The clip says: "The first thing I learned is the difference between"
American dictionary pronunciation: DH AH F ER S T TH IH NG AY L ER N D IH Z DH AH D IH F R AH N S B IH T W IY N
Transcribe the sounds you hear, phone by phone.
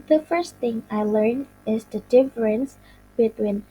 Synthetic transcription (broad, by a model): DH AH F ER S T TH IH NG AY L ER N IH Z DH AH D IH F R AH N S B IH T W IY N